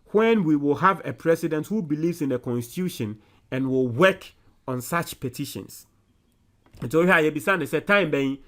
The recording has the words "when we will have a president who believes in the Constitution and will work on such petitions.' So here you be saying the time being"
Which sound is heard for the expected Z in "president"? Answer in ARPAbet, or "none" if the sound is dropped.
S